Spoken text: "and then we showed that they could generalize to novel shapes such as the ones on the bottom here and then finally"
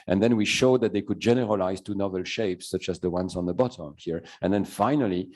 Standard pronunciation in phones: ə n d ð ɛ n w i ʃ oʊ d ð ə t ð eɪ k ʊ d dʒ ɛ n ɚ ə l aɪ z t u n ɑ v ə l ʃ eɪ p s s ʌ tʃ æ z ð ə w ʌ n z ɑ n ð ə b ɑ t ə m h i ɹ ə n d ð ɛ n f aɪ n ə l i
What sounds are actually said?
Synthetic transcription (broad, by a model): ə n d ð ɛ n w i ʃ oʊ d ð ə t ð eɪ k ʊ d dʒ ɛ n ɚ ə l aɪ z t u n ɑ v ə l ʃ eɪ p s s ʌ tʃ æ z ð ə w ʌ n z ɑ n ð ə b ɑ t ə m h i ɹ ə n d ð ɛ n f aɪ n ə l i